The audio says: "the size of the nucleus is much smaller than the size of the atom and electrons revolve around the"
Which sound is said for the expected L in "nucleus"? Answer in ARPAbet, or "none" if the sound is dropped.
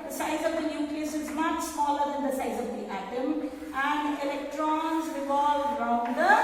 none